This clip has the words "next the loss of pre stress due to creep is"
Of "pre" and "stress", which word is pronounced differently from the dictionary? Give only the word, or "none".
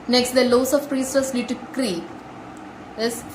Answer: stress